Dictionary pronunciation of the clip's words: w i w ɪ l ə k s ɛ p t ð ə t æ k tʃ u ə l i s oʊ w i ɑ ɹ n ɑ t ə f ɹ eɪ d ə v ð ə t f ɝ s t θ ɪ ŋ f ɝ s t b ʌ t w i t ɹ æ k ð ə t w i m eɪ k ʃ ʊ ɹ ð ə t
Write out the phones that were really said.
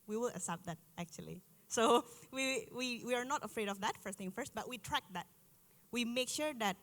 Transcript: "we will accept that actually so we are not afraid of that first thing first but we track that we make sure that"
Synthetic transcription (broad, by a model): w i w ɪ l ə s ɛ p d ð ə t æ k tʃ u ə l i s oʊ w i ɑ ɹ n ɑ t ə f ɹ eɪ d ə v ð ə t f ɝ s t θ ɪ ŋ f ɝ s t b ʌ t w i t ɹ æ k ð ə t w i m eɪ k ʃ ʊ ɹ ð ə t